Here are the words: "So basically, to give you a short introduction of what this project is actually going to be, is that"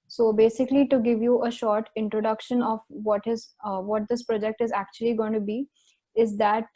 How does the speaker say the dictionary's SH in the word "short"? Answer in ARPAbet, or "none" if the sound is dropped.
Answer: SH